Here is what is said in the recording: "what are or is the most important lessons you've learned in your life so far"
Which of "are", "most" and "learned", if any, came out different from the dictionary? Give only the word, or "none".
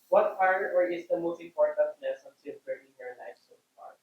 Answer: learned